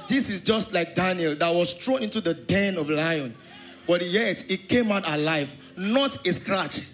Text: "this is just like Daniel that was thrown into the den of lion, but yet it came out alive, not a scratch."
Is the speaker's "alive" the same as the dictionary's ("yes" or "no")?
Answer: yes